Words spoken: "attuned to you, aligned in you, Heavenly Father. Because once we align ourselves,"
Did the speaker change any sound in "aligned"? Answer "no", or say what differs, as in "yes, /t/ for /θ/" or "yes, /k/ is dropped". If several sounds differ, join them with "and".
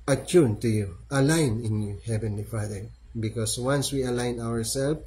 yes, /d/ is dropped